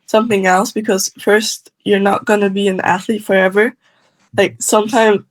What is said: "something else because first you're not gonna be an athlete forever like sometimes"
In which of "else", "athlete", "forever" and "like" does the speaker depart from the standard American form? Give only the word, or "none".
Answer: none